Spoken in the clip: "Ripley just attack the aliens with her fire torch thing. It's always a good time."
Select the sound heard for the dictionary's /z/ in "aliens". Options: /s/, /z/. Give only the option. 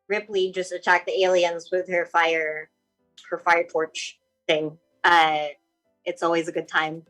/z/